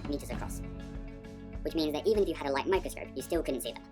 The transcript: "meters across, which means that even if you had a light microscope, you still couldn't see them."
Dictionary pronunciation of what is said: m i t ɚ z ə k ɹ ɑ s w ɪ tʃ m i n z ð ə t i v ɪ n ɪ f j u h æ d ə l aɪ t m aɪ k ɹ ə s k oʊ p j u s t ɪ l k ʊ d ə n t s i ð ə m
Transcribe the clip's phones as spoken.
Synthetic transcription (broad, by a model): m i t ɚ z ə k ɹ ɑ s w ɪ tʃ m i n z ð ə t i v ɪ n ɪ f j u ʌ d ə l aɪ t m aɪ k ɹ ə s k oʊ p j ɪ s t ɪ l k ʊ d n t s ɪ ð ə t